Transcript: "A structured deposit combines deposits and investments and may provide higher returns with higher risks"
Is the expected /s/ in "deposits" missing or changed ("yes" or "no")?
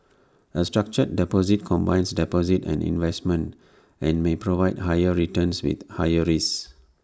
yes